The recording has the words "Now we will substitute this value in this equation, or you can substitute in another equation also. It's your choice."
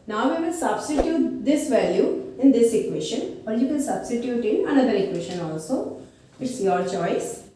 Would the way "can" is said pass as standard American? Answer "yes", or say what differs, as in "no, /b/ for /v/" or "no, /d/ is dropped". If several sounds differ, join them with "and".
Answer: no, /l/ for /n/